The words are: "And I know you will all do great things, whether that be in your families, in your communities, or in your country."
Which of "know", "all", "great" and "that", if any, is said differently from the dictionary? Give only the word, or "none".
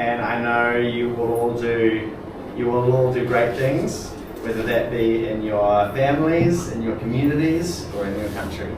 none